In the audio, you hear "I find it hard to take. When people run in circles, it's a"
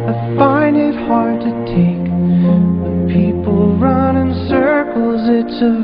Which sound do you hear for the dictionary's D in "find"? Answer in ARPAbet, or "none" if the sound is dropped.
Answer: none